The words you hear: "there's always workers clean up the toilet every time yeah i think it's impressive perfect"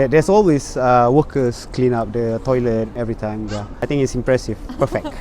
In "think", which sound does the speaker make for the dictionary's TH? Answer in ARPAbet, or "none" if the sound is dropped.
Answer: T